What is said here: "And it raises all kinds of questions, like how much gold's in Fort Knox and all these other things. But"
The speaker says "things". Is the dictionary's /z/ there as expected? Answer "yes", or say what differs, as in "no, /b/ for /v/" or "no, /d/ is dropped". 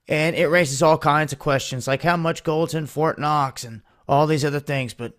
yes